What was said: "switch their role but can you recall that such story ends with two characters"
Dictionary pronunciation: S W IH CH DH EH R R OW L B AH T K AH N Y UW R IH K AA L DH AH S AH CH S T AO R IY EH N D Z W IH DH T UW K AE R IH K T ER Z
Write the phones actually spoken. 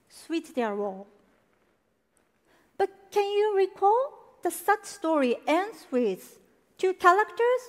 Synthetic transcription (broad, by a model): S W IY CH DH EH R W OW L B AH T K AH N Y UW R IH K AA L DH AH S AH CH S T AO R IY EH N D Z W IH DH T UW K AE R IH K T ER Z